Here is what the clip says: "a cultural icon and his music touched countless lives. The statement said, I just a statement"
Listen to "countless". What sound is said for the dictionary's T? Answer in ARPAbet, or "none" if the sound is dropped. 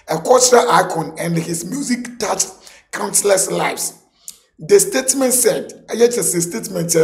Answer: S